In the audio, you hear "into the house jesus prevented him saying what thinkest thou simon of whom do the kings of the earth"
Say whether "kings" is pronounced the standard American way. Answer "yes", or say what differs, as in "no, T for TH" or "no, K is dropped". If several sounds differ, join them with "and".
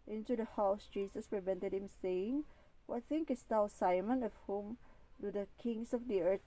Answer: no, S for Z